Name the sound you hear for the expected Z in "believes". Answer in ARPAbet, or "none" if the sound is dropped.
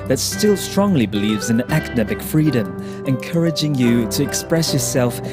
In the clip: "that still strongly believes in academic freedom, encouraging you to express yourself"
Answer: Z